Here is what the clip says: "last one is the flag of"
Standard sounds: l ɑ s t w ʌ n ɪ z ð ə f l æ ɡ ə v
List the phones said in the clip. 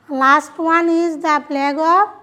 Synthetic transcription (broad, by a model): l ɑ s t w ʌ n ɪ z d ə p l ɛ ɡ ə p